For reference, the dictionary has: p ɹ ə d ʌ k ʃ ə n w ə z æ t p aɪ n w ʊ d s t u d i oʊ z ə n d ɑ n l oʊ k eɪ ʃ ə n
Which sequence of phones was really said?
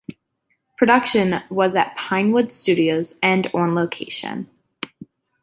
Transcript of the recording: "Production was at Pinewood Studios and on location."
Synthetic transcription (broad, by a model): p ɹ ə d ʌ k ʃ ə n w ə z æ t p aɪ n w ʊ d s t u d i oʊ z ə n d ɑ n l oʊ k eɪ ʃ ə n